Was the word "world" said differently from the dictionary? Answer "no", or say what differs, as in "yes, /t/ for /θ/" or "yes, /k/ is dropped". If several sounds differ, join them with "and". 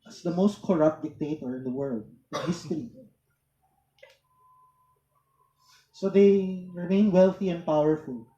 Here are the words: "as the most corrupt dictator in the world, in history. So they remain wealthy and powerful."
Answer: no